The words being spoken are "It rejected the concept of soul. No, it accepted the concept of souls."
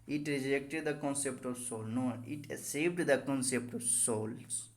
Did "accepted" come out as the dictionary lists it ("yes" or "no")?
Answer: no